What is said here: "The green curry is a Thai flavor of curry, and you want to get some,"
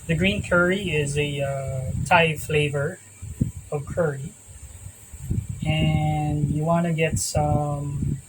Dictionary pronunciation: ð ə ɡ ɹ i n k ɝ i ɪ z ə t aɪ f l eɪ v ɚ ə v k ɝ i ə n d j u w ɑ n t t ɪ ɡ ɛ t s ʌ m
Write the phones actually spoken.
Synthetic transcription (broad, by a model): ð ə ɡ ɹ i n k ɝ i ɪ z ə t aɪ f l eɪ v ɚ ə v k ɝ i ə n j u w ɑ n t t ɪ ɡ ɛ t s ʌ m